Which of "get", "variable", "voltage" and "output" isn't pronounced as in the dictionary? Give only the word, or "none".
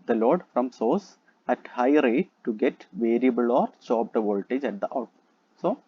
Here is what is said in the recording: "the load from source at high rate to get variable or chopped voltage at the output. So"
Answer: output